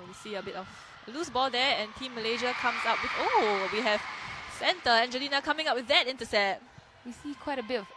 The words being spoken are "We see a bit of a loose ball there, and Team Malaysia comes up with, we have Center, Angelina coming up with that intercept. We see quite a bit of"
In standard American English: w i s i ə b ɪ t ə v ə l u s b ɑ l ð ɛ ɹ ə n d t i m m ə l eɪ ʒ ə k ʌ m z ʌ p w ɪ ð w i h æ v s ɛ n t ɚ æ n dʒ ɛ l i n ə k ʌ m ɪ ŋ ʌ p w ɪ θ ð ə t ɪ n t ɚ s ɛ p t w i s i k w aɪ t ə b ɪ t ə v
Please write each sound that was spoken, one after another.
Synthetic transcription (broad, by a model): w i s i ə b ɪ t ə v ə l u s b ɑ l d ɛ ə n t i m m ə l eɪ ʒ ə k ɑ m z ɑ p w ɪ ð w i h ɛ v s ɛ n t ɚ æ n dʒ ɛ l i n ə k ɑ m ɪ ŋ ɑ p w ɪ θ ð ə t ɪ n t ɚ s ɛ t w i s i k w aɪ t ə b ɪ t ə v